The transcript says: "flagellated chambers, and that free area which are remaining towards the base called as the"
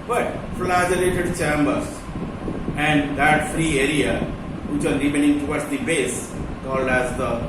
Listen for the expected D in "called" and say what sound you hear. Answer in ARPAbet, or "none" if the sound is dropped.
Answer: D